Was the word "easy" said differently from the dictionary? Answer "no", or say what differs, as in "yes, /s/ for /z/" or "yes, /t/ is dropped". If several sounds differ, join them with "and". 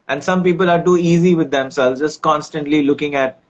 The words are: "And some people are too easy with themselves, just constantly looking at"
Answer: no